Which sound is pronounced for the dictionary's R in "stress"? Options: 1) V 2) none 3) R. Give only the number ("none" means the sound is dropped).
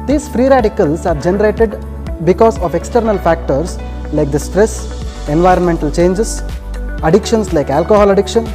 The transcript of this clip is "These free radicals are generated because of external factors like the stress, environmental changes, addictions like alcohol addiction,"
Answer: 3